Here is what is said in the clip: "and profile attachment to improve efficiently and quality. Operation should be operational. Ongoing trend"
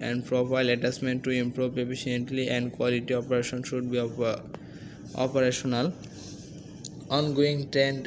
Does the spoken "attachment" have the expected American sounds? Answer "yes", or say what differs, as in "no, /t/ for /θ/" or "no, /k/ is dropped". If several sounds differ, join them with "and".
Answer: no, /s/ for /tʃ/